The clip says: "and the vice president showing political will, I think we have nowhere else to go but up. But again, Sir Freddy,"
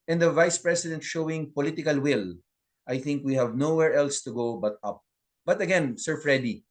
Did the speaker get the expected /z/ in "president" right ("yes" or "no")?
no